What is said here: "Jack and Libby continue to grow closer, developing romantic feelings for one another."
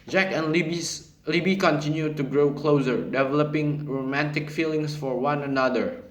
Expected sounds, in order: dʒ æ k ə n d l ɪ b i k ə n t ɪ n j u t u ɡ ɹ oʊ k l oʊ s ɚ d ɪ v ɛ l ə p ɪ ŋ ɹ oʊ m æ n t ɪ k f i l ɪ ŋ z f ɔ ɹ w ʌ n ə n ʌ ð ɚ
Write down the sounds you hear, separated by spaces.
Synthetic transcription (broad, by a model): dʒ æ k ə n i l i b i k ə n t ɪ n j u t u ɡ ɹ oʊ k l oʊ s ɚ d ɪ v ɛ l ə p ɪ ŋ ɹ oʊ m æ n t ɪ k f i l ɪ ŋ s f ɔ ɹ w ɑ n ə n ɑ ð ɚ